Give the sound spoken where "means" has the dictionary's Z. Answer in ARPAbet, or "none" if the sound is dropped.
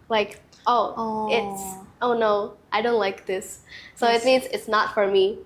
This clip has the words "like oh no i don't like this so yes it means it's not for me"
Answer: Z